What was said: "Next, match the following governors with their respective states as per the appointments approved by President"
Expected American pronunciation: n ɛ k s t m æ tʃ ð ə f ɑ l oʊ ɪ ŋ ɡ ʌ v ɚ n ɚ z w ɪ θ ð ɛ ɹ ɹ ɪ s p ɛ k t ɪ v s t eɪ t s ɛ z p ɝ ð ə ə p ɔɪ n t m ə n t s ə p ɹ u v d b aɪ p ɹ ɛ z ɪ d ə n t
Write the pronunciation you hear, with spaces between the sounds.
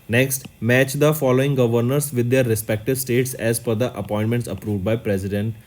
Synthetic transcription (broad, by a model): n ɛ k s t m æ tʃ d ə f ɑ l oʊ ɪ ŋ ɡ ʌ v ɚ n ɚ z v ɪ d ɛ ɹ ɹ ɪ s p ɛ k t ɪ v s t eɪ t s ɛ z f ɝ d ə ə p ɔɪ n t m ə n t s ə p ɹ u v d b aɪ p ɹ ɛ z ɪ d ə n t